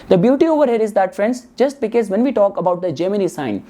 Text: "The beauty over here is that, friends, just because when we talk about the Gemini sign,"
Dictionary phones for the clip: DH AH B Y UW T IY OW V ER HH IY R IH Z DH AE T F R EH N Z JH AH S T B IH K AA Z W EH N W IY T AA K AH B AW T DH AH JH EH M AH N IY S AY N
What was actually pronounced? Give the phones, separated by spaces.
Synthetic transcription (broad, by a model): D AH B Y UW T IY OW V ER HH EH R IH Z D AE T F R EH N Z JH AH S T B IH K AA Z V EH N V IY T AA K AH B AW T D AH JH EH M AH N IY S AY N